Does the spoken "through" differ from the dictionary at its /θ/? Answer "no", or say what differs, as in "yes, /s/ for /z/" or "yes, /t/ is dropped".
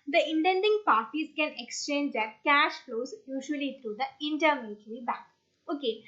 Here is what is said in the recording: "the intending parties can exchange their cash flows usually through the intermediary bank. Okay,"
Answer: yes, /t/ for /θ/